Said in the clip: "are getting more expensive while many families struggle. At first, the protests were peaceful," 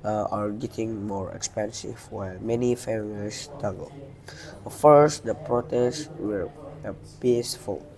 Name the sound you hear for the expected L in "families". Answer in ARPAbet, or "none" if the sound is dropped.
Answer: none